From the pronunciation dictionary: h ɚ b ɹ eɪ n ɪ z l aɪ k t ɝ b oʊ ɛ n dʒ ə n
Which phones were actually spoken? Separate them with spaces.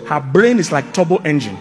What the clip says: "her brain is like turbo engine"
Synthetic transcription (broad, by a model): h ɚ b ɹ eɪ n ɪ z l aɪ k t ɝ b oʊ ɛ n dʒ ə n